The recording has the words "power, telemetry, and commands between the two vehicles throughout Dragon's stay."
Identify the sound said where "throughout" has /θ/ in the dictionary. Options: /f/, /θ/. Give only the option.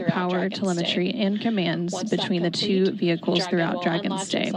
/θ/